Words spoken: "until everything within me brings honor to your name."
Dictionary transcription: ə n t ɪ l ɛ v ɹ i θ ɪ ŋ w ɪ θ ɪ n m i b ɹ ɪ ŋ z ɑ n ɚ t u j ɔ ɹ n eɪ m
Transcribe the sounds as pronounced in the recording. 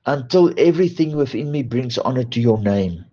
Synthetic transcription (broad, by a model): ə n t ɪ l ɛ v ɹ i θ ɪ ŋ w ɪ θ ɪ n m i b ɹ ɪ ŋ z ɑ n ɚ t u j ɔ n eɪ m